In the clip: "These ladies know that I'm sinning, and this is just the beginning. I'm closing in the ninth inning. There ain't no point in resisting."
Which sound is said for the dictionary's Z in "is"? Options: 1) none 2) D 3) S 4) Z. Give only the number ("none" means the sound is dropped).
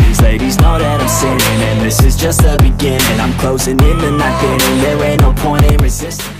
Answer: 4